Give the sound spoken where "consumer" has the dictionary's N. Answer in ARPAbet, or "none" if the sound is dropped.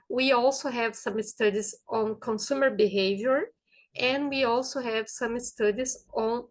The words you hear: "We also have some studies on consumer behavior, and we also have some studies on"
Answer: N